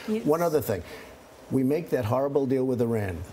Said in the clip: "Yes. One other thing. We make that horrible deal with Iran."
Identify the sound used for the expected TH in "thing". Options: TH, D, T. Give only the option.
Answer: TH